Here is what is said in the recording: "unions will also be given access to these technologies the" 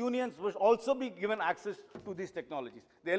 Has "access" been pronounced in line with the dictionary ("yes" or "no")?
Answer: yes